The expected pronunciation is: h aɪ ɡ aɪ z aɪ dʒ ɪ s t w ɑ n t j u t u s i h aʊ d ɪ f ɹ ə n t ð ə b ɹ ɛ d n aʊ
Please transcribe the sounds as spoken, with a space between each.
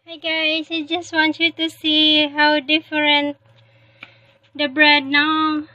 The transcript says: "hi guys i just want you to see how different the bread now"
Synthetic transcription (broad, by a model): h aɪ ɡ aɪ s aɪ dʒ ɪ s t w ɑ n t j u t u s i h aʊ d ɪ f ɹ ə n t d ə b ɹ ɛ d n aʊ